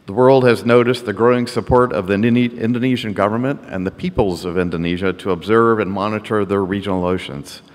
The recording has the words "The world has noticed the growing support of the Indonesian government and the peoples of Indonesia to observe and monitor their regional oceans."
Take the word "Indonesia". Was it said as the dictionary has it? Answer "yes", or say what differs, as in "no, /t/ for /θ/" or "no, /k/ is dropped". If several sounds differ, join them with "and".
yes